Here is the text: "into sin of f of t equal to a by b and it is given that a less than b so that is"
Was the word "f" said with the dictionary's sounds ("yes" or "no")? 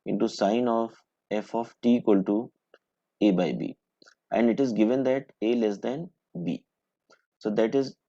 yes